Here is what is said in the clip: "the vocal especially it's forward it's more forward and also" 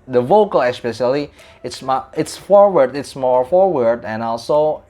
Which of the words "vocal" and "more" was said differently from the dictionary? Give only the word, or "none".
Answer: none